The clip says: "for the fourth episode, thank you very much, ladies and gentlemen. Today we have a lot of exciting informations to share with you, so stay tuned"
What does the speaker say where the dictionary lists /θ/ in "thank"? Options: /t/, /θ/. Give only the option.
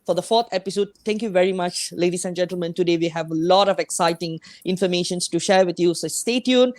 /t/